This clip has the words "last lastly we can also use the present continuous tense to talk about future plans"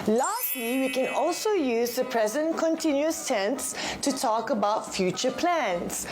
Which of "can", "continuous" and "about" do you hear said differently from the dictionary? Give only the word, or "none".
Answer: none